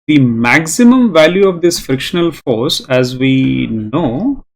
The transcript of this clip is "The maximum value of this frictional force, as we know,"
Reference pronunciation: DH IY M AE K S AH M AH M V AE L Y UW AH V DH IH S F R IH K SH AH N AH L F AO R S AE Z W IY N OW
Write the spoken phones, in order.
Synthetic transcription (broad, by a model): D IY M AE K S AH M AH M V AE L Y UW AH V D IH S F R IH K SH AH N AH L F AO R S AE Z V IY N OW